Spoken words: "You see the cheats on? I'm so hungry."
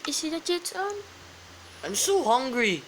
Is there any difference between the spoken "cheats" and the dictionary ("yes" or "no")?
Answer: yes